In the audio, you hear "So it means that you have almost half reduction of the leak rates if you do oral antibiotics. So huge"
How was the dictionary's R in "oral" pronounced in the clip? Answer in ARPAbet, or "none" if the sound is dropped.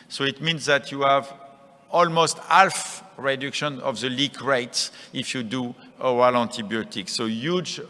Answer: W